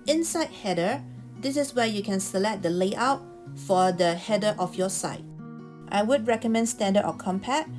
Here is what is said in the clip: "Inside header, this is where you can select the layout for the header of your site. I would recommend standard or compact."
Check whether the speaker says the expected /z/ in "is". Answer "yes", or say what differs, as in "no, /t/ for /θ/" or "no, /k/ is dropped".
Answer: no, /s/ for /z/